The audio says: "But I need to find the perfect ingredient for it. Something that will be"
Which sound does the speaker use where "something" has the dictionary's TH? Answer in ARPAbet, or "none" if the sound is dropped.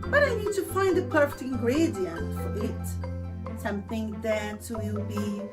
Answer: TH